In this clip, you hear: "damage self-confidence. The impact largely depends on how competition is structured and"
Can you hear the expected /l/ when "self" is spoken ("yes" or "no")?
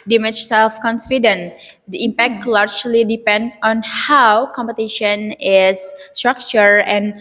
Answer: yes